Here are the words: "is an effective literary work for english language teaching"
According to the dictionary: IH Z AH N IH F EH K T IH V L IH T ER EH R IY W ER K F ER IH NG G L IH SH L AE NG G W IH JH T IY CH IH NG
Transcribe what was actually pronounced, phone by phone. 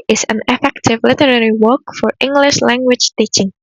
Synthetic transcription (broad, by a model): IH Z AH N IH F EH K T IH V L IH T ER EH R IY W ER K F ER IH NG G L IH SH L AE NG G W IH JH T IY CH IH NG